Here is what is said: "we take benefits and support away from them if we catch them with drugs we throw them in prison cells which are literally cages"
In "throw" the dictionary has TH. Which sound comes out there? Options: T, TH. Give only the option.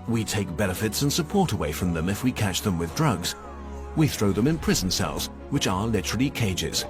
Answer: TH